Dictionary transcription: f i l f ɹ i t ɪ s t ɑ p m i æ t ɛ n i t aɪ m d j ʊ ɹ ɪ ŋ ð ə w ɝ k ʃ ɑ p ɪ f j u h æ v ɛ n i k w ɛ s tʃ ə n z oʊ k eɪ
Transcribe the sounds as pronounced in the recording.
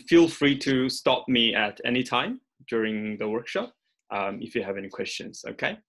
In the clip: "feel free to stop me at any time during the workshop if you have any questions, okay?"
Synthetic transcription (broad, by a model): f i l f ɹ i t ɪ s t ɑ p m i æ t ɛ n i t aɪ m d j ʊ ɹ ɪ ŋ ð ə w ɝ k ʃ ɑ p ɪ f j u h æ v ɛ n i k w ɛ s tʃ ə n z oʊ k eɪ